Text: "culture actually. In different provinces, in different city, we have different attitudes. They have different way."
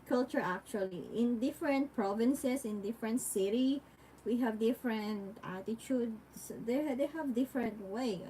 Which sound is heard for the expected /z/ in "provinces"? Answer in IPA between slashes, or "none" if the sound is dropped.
/s/